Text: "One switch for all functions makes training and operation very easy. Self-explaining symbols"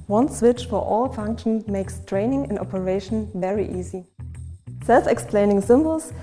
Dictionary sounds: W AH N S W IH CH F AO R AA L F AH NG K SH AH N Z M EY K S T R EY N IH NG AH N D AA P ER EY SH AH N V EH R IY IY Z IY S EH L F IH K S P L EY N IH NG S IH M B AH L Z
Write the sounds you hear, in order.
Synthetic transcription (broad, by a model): W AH N S W IH CH F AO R AA L F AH NG K SH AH N M EY K S T R EY N IH NG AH N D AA P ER EY SH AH N V EH R IY IY Z IY S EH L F IH K S P L EY N IH NG S IH M B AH L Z